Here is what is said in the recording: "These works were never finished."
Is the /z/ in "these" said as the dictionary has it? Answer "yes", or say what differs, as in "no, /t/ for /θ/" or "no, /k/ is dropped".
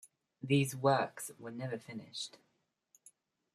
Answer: yes